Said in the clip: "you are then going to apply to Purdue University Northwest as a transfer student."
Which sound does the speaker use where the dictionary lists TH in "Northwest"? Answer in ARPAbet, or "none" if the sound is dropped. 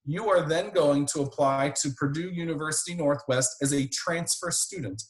TH